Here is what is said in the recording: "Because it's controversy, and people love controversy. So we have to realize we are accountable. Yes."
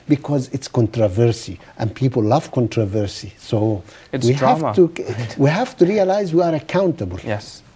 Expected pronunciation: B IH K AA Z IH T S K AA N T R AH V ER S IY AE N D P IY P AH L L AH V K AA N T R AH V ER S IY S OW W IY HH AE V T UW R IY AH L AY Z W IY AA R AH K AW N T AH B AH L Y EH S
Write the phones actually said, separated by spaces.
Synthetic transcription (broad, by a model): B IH K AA Z IH T S K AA N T R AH V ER S IY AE N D P IY P AH L L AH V K AA N T R AH V ER S IY S OW W IY HH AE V T UW R IY AH L AY Z W IY AA R AH K AW N T AH B AH L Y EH S